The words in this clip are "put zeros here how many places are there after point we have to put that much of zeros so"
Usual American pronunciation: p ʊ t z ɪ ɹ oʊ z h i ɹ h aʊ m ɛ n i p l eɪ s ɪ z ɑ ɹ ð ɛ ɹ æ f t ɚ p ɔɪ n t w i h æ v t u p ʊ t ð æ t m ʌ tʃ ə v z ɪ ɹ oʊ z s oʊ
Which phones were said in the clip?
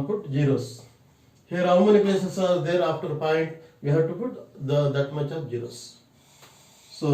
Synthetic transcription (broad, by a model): p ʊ t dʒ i ɹ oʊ s h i ɹ h aʊ m ɛ n i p l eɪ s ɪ s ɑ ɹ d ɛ ɹ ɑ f t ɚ p ɔɪ n t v i h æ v t u p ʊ t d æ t m ʌ tʃ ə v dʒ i ɹ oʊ s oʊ